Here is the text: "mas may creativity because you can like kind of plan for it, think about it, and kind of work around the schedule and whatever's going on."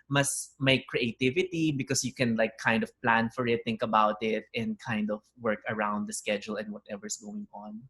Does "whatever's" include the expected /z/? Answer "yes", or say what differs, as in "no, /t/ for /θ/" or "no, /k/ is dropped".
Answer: no, /s/ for /z/